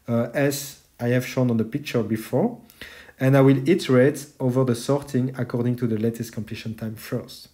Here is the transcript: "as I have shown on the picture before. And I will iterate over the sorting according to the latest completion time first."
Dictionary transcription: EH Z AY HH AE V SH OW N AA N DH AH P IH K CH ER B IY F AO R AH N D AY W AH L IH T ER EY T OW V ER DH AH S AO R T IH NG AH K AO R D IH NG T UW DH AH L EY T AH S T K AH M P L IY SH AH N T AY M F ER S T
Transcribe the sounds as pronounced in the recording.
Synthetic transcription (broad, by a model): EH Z AY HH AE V SH OW N AA N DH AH P IH K CH ER B IY F AO R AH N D AY W AH L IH T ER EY T OW V ER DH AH S AO R T IH NG AH K AO R D IH NG T UW DH AH L EY T AH S T K AH M P L IY SH AH N T AY M F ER S T